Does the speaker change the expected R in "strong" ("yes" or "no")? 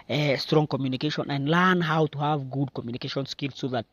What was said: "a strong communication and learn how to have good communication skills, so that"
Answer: no